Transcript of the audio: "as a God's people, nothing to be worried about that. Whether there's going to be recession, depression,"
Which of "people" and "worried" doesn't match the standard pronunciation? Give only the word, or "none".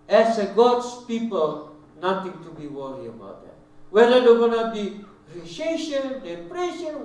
worried